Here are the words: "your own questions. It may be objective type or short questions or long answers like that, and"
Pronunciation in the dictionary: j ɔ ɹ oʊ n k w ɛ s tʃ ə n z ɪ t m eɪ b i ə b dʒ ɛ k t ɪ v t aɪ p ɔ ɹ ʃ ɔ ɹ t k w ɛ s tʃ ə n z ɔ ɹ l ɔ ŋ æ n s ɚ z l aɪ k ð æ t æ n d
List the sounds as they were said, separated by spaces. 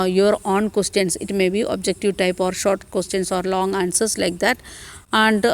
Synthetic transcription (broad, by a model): j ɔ ɹ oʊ n k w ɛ s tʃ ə n s ɪ t m eɪ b i ə b dʒ ɛ k t ɪ v t aɪ p ɔ ɹ ʃ ɔ ɹ t k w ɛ s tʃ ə n s ɔ ɹ l ɔ ŋ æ n s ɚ s l aɪ k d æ t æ n d